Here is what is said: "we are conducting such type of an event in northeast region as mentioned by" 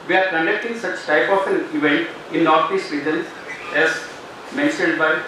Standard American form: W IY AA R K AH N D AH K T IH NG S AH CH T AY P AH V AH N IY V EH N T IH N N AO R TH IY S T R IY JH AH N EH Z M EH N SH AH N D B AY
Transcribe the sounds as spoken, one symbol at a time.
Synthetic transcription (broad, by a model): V IY AA R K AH N D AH K T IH NG S AH CH T AY P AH F AH N IY V EH N T IH N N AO R T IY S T R IY JH AH N EH Z M EH N SH AH N D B AY